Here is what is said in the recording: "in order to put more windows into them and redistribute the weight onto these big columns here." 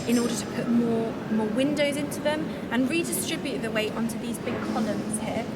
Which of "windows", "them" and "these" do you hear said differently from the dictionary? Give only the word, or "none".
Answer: none